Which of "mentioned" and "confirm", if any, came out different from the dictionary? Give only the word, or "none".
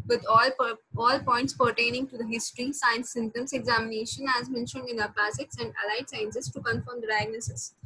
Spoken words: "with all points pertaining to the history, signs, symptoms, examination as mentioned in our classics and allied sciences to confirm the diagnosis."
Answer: none